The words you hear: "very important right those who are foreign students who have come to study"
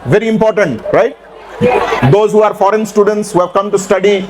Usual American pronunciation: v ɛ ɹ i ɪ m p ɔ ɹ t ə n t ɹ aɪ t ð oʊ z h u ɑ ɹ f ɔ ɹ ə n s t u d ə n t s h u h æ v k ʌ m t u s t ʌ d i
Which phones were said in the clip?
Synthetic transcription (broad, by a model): v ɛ ɹ i ɪ m p ɔ ɹ t ə n t ɹ aɪ t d oʊ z h u ɑ ɹ f ɔ ɹ ə n s t u d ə n t s h u h æ v k ʌ m t u s t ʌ d i